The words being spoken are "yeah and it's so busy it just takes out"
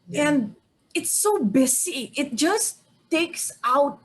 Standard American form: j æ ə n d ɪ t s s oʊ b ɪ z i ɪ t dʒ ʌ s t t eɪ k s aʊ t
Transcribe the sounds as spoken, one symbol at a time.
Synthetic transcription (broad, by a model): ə n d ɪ t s s oʊ b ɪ s i ɪ t dʒ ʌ s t t eɪ k s aʊ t